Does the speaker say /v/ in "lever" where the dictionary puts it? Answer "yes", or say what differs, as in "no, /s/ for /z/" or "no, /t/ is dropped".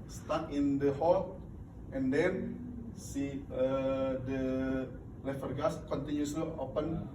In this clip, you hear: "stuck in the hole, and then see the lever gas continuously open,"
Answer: no, /f/ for /v/